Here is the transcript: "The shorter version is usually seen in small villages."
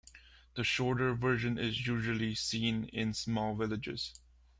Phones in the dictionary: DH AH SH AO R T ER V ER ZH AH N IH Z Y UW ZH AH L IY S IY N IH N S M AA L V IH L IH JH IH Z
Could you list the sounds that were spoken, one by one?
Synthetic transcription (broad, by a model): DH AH SH AO R T ER V ER ZH AH N IH Z Y UW ZH AH L IY S IY N IH N S M AA L V IH L IH JH IH Z